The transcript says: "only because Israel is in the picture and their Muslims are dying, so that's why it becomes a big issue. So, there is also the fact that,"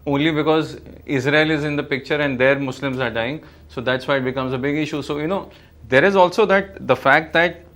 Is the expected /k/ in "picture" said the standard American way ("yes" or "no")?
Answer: yes